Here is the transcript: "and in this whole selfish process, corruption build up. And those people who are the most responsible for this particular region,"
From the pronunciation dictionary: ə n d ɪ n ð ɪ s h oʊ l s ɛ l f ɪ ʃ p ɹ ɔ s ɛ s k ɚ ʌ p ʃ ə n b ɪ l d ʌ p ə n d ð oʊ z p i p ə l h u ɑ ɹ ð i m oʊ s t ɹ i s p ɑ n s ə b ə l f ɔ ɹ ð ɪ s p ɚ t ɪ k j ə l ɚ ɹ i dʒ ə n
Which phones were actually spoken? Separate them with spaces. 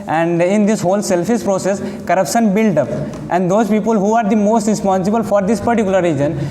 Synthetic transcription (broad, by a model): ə n d ɪ n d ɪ s h oʊ l s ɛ l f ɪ s p ɹ ɔ s ɛ s k ɚ ʌ p ʃ ə n b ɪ l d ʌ p ə n d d oʊ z p i p ə l h u ɑ ɹ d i m oʊ s t ɹ i s p ɑ n s ə b ə l f ɔ ɹ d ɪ s p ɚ t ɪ k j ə l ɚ ɹ i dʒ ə n